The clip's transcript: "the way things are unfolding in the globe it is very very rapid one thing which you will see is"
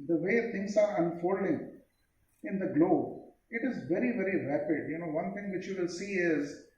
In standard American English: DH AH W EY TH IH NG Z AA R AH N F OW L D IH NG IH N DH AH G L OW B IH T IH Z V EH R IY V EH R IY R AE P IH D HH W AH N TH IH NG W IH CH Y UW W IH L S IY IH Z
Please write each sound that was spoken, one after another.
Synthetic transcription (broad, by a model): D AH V EY T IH NG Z AA R AH N F OW L D IH NG IH N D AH G L OW B IH T IH Z V EH R IY V EH R IY R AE P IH D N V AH N T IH NG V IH CH Y UW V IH L S IY IH Z